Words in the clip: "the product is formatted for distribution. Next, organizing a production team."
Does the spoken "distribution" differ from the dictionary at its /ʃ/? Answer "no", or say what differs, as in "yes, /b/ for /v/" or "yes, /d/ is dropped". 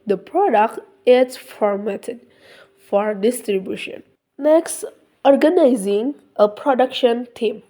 no